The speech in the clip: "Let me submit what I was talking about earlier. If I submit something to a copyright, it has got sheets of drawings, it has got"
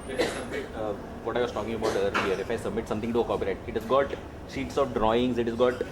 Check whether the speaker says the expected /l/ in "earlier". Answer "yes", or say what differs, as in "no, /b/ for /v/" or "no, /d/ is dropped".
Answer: no, /l/ is dropped